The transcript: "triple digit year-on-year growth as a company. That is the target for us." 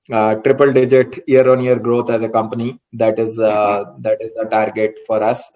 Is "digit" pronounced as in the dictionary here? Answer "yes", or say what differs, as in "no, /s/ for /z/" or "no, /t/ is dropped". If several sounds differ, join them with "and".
yes